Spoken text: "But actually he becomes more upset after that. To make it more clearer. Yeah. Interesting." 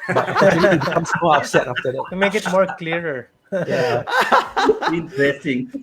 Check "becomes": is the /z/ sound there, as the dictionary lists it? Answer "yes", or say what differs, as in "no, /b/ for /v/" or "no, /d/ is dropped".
no, /s/ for /z/